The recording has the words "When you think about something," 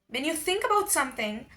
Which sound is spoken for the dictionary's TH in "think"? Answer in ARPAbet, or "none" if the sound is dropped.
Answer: TH